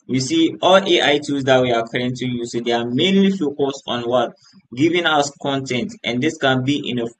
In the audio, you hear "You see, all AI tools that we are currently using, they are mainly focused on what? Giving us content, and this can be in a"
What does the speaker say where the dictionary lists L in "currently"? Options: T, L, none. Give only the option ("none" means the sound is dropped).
none